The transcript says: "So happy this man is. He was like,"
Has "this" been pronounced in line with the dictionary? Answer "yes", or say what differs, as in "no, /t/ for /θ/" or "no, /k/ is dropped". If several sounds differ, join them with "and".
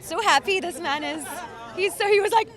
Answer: yes